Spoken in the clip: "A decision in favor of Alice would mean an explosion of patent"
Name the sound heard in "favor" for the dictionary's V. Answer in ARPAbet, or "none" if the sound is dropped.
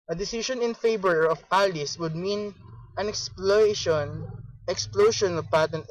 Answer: B